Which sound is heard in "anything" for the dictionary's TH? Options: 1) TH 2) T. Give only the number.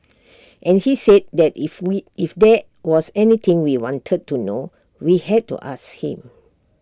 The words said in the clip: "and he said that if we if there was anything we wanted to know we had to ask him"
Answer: 2